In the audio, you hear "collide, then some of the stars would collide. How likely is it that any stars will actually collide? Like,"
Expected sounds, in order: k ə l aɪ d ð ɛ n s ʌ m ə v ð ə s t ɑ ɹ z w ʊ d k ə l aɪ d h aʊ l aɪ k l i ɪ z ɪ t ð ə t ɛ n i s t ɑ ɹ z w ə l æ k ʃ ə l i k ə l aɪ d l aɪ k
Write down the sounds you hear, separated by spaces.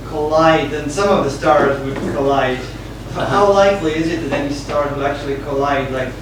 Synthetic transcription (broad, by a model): k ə l aɪ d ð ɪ n s ʌ m ə v ð ə s t ɑ ɹ z w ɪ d k ə l aɪ d h aʊ l aɪ k l i ɪ z ɪ t ð ə t ɛ n i s t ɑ ɹ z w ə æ k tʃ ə l i k ə l aɪ d l aɪ k